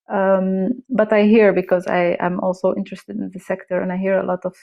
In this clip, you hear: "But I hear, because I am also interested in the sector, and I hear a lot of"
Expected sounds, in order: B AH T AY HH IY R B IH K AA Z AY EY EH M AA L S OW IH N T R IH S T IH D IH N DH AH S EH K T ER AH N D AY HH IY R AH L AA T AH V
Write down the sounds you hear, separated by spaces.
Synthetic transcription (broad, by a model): B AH T AY HH IY R B IH K AA Z AY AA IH M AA L S OW IH N T R IH S T IH D IH N DH AH S EH K T ER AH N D AY HH IY R AH L AA T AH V